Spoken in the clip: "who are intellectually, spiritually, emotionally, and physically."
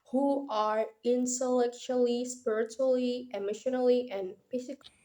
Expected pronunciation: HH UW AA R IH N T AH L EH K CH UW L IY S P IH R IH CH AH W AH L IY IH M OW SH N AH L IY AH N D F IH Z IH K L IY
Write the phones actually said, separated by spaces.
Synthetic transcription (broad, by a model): HH UW AA R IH N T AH L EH K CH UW L IY S P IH R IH CH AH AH L IY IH M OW SH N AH L IY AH N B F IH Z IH K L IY